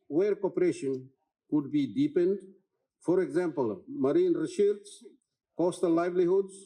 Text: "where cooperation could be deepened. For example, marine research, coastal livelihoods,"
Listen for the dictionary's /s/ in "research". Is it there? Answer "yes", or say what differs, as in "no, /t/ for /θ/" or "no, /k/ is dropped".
no, /ʃ/ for /s/